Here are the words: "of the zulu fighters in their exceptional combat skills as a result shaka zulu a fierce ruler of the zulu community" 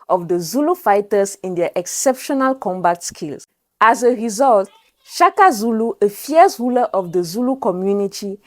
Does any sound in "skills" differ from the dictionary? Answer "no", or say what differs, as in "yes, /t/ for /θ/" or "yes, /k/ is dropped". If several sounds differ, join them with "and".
yes, /s/ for /z/